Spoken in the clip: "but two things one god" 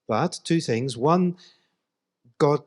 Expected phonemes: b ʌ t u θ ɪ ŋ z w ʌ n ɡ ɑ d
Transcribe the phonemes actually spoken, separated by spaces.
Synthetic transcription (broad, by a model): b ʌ t u θ ɪ ŋ z w ʌ n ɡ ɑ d